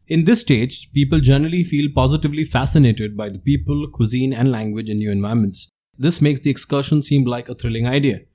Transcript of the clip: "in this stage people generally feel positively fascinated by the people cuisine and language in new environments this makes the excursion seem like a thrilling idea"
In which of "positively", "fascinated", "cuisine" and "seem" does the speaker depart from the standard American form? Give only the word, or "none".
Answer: none